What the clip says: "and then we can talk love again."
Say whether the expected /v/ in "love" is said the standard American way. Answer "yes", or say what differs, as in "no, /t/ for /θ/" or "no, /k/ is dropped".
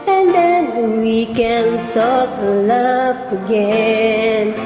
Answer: no, /p/ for /v/